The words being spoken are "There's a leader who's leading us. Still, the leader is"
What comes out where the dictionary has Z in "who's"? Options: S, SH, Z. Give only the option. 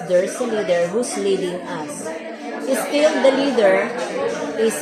S